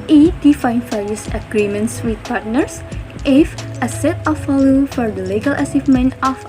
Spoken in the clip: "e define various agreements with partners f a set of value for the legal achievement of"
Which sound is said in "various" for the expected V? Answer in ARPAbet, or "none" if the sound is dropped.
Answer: F